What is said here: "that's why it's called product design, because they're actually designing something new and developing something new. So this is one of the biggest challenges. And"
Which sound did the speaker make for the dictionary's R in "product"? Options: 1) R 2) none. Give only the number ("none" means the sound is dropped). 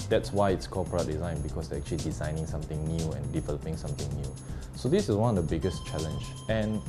2